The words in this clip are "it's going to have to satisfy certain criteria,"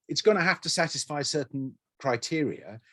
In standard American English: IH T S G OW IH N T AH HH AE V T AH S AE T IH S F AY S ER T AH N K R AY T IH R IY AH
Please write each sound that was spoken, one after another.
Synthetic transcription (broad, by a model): IH T S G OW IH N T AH HH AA F T AH S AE T IH S F AY S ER T N K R AY T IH R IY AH